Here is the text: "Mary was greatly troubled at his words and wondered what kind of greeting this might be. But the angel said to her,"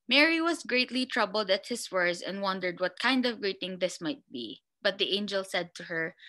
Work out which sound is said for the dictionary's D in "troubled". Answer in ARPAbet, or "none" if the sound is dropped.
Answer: D